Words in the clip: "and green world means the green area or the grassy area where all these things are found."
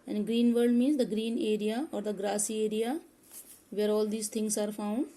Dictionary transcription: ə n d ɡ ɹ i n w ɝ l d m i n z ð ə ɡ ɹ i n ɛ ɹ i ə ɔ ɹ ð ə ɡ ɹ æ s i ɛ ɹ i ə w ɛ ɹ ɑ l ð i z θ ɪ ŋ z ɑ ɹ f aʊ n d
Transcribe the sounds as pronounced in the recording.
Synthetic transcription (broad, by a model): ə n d ɡ ɹ i n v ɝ d m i n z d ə ɡ ɹ i n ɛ ɹ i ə ɔ ɹ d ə ɡ ɹ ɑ s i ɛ ɹ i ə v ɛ ɹ ɑ l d i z t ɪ ŋ s ɑ ɹ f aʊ n d